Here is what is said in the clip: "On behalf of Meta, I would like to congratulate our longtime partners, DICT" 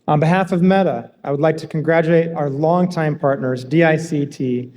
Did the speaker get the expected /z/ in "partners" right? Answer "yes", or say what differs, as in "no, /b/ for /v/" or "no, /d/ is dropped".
yes